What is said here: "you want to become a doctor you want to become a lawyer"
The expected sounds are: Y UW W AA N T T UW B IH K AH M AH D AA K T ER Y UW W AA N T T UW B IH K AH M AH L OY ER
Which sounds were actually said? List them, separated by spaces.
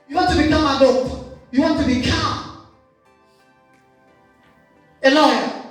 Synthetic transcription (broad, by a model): Y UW W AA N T T UW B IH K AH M AH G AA T Y UW W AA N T T UW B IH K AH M AH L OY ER